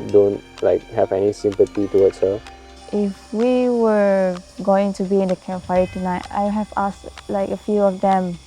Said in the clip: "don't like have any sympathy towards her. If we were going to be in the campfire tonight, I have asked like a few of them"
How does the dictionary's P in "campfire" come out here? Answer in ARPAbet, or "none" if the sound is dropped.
none